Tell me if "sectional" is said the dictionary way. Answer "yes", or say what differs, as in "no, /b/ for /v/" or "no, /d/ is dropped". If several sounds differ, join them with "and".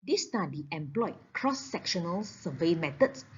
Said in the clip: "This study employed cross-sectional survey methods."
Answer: yes